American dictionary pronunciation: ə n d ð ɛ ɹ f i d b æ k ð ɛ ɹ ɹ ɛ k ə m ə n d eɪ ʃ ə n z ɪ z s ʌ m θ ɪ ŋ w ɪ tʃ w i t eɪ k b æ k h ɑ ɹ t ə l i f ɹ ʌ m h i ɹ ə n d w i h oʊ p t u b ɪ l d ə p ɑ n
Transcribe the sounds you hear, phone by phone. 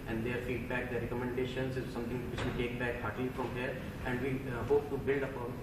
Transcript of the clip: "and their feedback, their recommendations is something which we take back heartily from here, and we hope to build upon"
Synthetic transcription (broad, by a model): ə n d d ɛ ɹ f i d b æ k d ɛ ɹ ɹ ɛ k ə m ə n d eɪ ʃ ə n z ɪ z s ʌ m t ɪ ŋ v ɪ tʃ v i t eɪ k b æ k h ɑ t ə l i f ɹ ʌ m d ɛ ɹ ə n d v i h oʊ p t u b ɪ l d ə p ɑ